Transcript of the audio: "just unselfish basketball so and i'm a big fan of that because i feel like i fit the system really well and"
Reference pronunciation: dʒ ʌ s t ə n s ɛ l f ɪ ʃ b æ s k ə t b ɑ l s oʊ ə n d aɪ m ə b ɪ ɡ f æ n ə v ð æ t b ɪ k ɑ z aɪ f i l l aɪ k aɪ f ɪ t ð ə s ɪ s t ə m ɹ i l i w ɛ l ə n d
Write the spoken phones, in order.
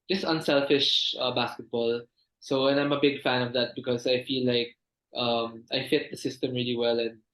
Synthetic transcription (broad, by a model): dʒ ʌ s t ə n s ɛ l f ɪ ʃ b æ s k ə t b ɑ l s oʊ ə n aɪ m ə b ɪ ɡ f æ n ə v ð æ t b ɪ k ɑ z aɪ f i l l aɪ k aɪ f ɪ t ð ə s ɪ s t ə m ɹ i l i w ɛ l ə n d